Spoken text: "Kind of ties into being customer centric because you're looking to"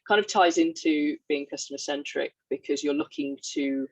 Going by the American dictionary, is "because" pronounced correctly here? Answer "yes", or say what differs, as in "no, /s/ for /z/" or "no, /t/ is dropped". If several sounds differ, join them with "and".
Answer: yes